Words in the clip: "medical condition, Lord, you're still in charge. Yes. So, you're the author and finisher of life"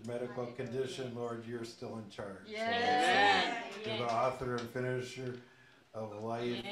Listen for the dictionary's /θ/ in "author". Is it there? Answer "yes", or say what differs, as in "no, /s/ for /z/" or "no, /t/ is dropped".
yes